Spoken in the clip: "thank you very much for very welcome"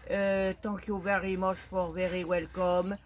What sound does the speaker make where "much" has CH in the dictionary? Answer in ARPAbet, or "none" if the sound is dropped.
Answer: SH